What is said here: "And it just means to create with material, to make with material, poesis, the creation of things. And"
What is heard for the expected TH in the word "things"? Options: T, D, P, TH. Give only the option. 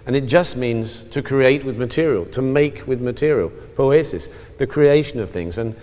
TH